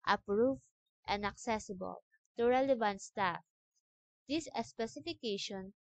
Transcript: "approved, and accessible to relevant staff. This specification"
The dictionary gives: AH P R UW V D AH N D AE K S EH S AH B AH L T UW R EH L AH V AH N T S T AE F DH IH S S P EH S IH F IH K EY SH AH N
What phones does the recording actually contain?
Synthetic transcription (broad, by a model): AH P R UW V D AH N D AE K S EH S AH B AH L T UW R EH L AH V AH N T S T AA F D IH S S P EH S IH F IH K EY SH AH N